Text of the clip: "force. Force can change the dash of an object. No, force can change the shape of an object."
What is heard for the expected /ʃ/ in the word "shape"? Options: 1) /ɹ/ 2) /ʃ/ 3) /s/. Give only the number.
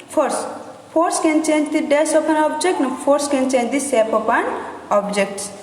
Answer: 3